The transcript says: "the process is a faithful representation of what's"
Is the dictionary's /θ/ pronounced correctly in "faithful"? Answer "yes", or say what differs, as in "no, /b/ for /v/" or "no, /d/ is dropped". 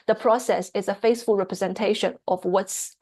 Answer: no, /s/ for /θ/